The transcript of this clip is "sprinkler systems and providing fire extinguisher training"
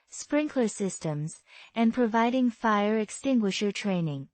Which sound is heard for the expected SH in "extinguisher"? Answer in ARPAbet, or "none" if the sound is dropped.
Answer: SH